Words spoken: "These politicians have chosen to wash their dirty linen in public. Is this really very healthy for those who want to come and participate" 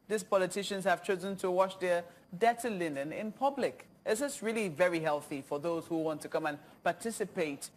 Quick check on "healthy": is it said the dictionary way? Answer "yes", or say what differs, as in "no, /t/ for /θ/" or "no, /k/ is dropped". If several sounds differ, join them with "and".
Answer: yes